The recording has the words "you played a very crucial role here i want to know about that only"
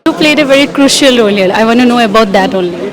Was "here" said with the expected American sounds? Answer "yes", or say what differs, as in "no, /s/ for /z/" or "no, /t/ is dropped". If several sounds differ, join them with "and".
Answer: no, /l/ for /ɹ/